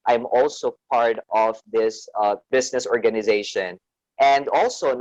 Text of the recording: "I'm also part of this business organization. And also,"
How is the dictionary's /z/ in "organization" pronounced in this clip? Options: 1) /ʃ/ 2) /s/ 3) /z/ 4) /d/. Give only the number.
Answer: 3